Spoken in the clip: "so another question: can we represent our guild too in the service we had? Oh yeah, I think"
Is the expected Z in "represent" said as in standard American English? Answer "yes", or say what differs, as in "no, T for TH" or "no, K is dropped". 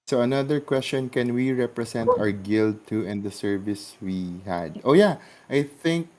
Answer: no, S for Z